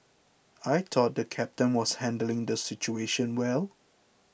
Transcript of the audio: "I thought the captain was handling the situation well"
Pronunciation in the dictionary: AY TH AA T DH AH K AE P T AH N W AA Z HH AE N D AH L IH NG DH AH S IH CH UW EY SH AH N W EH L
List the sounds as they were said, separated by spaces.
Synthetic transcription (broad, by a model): AY T AA T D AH K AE P T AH N W AA S HH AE N D AH L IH NG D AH S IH CH UW EY SH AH N W EH L